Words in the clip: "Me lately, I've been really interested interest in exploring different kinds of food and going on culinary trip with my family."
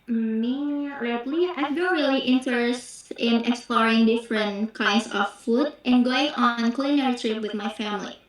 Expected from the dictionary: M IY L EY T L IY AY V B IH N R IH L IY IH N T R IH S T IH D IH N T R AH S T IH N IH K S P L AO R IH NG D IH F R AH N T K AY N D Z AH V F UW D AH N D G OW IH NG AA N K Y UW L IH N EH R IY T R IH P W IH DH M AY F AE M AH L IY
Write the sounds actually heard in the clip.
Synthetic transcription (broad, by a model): M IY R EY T L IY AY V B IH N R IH L IY T IH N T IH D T R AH S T IH N IH K S P L AO R IH NG D IH F R AH N T K AY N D S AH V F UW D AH N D G OW IH NG AA N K L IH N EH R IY T R IH P W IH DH M AY F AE M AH L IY